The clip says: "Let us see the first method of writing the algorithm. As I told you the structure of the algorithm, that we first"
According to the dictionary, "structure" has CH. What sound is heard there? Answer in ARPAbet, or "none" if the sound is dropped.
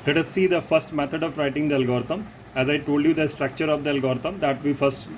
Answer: CH